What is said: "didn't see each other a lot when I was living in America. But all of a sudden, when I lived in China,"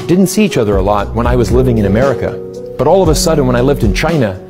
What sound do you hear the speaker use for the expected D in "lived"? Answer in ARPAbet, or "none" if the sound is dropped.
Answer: D